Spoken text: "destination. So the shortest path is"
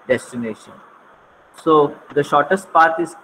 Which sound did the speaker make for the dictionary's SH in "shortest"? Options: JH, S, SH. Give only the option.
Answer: SH